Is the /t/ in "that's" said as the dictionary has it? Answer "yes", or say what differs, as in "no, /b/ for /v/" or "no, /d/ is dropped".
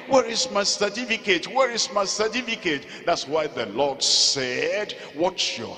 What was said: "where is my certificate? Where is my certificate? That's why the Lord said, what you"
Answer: yes